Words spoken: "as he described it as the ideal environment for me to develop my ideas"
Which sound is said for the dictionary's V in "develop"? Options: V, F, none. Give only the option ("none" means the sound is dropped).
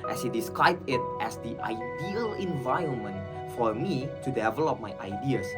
V